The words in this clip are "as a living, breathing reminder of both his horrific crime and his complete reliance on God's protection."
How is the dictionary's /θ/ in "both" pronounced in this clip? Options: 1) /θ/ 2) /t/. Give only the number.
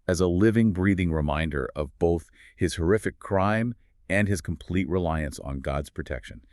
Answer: 1